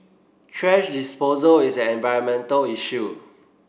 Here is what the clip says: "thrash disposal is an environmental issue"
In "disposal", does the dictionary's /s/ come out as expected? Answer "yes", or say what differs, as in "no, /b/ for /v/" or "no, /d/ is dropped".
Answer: yes